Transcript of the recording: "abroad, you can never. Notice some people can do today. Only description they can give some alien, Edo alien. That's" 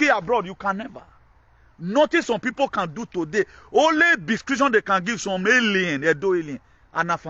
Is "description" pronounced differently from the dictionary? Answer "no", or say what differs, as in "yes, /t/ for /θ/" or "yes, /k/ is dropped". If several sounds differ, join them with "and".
yes, /p/ is dropped